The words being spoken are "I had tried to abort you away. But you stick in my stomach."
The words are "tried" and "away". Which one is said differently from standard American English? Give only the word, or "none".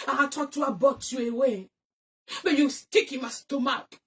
tried